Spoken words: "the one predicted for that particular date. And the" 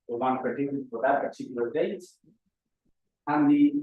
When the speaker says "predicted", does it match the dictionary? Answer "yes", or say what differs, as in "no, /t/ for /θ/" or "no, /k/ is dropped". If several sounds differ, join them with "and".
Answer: no, /ɹ/ is dropped